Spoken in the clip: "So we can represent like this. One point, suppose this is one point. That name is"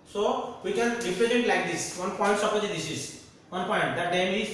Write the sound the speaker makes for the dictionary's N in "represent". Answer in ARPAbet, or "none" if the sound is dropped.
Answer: none